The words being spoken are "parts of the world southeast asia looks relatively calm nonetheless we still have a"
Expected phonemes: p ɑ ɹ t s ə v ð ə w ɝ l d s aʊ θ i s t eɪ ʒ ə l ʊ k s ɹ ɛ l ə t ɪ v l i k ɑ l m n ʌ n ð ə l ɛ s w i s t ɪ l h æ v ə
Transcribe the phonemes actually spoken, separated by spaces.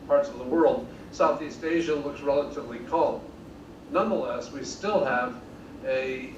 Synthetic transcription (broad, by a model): p ɑ ɹ t s ə v ð ə w ɝ l d s aʊ θ i s t eɪ ʒ ə l ʊ k s ɹ ɛ l ə t ɪ v l i k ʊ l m n ʌ n ð ə l ɛ s w i s t ɪ l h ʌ v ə